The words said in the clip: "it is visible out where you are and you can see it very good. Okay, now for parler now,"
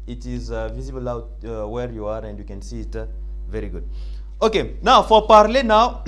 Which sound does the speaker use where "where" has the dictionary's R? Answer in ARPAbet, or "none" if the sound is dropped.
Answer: R